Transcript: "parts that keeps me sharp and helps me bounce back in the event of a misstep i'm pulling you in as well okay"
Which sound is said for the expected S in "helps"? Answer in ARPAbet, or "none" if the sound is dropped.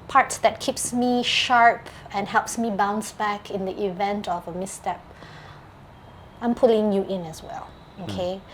S